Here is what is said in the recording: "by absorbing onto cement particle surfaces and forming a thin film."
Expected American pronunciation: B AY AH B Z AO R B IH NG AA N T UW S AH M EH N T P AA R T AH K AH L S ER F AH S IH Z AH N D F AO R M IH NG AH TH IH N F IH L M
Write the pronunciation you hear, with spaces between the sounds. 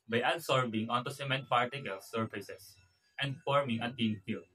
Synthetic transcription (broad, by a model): B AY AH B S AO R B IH NG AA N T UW S AH M EH N T P AA R T AH K AH L S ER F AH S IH S AH N D F AO R M IH NG AH T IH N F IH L